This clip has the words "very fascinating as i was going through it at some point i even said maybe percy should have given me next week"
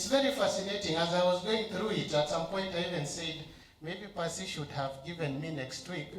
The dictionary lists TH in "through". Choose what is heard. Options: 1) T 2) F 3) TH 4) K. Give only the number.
3